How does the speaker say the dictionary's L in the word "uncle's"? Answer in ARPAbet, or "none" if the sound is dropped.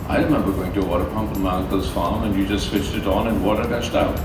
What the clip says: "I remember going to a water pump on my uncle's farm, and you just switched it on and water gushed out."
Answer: none